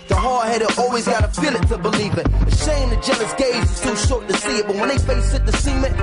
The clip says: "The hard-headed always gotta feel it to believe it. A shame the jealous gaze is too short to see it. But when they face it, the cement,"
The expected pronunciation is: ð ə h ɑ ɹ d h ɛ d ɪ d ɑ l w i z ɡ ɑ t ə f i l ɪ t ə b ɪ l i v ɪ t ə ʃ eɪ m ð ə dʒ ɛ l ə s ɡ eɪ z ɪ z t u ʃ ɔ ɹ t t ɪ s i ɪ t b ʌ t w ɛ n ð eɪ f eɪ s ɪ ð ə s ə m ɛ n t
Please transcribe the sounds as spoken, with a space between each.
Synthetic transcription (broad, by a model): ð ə h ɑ ɹ h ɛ d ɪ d ɑ l w i z ɡ ɑ t ə f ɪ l ɪ t ə b ɪ l i v ɪ t ə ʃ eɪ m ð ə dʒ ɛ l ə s ɡ eɪ z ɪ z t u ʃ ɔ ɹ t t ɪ s i ɪ t b ʌ t w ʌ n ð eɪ f eɪ s ɪ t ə s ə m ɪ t